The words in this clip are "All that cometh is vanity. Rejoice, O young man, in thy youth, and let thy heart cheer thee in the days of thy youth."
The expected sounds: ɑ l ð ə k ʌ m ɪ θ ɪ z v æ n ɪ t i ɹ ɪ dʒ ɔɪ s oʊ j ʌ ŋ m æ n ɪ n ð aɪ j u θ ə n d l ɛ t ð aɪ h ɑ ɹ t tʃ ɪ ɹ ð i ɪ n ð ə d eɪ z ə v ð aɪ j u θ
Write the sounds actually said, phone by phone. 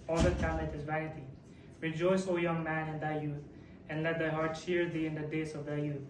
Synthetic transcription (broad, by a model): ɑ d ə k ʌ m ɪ t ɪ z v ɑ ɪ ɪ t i ɹ ɪ dʒ ɔɪ s oʊ j ʌ ŋ m æ n ɪ n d aɪ j u t ə n d l ɛ t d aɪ h ɑ ɹ t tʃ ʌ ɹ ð i ɪ n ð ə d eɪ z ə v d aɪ j u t